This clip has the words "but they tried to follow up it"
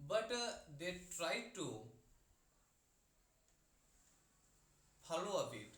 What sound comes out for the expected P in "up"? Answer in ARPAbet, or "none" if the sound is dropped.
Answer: B